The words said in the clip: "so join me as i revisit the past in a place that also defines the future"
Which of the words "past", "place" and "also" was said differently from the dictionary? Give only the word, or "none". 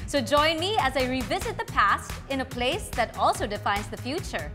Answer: none